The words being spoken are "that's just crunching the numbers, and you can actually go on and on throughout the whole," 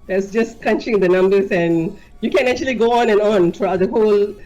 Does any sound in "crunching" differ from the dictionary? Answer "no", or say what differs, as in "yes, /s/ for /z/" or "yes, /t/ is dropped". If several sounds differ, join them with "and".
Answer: yes, /ɹ/ is dropped